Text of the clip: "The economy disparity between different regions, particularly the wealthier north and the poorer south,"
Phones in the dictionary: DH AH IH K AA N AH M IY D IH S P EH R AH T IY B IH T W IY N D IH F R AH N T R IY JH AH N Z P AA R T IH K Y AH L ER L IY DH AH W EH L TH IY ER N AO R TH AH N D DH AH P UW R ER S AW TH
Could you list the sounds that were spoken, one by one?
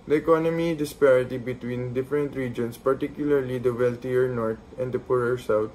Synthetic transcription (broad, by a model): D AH IH K AA N AH M IY D IH S P EH R AH T IY B IH T W IY N D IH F R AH N T R IY JH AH N S P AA R T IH K Y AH L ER L IY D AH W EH L T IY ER N AO R T AH N D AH P UW R ER S AW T